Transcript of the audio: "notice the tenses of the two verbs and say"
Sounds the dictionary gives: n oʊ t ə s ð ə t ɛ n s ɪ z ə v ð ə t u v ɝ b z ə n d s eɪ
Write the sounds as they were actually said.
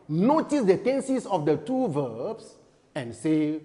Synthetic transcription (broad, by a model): n oʊ t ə s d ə t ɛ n s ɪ s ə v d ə t u v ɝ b s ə n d s eɪ